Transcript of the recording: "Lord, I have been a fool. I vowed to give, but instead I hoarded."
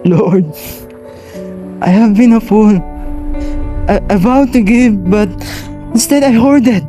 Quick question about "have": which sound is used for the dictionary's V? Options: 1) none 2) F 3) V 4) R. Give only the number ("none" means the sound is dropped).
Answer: 3